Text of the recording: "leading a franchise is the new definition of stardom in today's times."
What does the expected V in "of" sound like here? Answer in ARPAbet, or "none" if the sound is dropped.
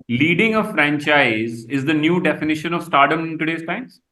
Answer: V